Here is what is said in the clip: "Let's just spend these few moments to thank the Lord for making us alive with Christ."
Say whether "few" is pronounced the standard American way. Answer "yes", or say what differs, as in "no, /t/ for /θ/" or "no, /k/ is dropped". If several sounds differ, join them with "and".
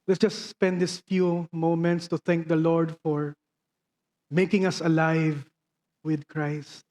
yes